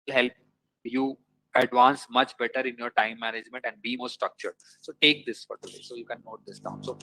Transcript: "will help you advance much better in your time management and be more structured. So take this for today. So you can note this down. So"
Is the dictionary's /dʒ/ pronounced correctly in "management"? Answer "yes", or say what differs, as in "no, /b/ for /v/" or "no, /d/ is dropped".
yes